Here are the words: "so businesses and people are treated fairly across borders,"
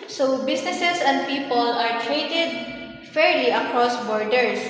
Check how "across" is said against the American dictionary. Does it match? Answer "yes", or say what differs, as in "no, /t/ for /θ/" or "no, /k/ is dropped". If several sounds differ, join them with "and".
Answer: yes